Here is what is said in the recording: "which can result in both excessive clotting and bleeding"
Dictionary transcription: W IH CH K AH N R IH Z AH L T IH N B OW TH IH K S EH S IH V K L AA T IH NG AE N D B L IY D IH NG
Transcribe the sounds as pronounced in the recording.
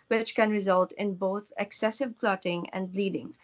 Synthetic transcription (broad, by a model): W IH CH K AH N R IH Z AH L T IH N B OW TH IH K S EH S IH V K L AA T IH NG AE N D L IY D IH NG